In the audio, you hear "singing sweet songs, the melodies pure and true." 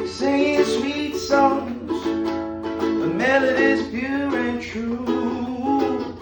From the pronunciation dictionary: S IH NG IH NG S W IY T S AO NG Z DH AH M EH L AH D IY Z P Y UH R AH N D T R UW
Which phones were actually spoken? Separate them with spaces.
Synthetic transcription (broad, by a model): S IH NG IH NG S W IY T S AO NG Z DH AH M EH L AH D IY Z B Y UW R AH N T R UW